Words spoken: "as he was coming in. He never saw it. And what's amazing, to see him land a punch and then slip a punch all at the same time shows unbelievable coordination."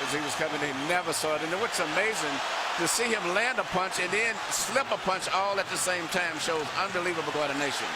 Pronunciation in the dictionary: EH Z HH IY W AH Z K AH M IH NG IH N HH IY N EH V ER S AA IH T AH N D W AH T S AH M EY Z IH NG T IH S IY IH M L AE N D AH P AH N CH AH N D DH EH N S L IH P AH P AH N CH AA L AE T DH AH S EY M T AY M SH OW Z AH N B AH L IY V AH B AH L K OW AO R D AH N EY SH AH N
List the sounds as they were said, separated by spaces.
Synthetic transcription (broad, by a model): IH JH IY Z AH S K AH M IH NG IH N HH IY N EH V ER S AA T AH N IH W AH T S AH M EY Z IH NG T IH S IY IH M L AE N D AH P AH N CH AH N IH N S L IH P AH P AH N CH AA L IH T DH AH S EY M T AY M SH OW Z AH N B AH L IY V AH B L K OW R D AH N EY SH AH N